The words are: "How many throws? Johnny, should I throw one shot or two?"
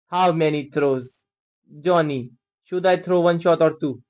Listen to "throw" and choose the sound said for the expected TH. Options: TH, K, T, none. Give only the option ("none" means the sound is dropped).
T